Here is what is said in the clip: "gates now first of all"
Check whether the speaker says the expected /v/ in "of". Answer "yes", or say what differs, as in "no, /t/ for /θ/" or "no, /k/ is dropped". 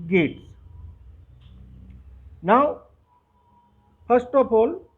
no, /p/ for /v/